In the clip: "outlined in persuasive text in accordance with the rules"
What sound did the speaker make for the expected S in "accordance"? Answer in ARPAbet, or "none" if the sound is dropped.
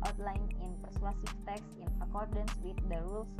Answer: S